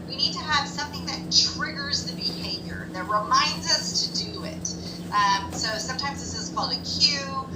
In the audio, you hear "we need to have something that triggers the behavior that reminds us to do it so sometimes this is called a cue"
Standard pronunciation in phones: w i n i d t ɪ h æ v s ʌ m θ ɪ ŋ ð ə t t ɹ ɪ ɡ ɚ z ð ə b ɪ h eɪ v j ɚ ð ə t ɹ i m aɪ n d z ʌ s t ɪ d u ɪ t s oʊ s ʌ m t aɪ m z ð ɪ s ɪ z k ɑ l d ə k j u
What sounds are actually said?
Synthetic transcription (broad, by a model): w i n i d t ɪ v s ʌ m θ ɪ ŋ ð ə t t ɹ ɪ ɡ ɚ z ð ə b ɪ h eɪ v j ɚ ð ə t ɹ i m aɪ n d z ʌ s t ɪ d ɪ ɪ t s oʊ s ʌ m t aɪ m z ð ɪ s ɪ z k ɑ l d ə k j u